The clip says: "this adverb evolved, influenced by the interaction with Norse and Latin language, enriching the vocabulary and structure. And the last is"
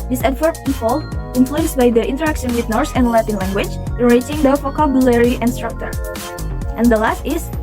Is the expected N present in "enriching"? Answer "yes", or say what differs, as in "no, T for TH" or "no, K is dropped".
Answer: no, N is dropped